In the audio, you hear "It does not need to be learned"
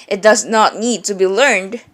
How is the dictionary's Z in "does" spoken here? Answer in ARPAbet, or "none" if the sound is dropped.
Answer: Z